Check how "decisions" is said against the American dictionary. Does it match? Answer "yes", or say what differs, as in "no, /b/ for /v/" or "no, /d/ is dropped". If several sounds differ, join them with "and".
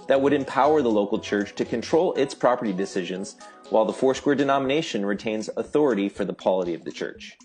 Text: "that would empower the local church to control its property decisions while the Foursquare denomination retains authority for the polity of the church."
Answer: yes